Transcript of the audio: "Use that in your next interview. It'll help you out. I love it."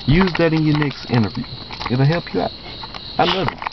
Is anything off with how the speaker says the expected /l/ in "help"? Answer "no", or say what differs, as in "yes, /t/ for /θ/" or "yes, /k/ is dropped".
no